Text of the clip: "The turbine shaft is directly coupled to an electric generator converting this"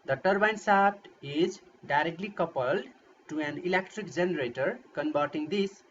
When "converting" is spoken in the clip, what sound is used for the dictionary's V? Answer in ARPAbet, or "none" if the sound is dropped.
B